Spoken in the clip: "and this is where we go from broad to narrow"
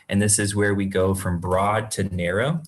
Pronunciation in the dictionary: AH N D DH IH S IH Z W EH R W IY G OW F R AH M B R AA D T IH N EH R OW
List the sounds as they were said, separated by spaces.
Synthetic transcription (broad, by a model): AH N DH IH S IH Z W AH R W IY G OW F R AH M B R AA D T IH N EH R OW